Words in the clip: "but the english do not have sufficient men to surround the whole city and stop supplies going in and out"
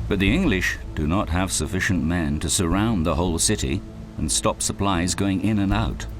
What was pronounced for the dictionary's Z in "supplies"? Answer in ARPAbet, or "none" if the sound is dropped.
Z